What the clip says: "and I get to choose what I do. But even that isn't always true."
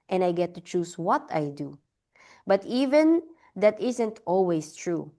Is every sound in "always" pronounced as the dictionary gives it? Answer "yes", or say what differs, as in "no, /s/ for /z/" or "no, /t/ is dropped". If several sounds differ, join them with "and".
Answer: no, /s/ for /z/